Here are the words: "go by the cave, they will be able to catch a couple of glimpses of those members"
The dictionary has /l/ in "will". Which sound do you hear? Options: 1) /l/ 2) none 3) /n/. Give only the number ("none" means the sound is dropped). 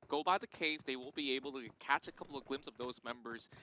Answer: 3